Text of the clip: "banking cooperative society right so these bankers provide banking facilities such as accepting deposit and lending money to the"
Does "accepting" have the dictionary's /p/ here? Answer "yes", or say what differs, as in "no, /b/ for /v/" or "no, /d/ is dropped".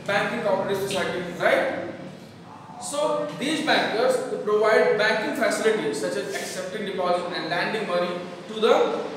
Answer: yes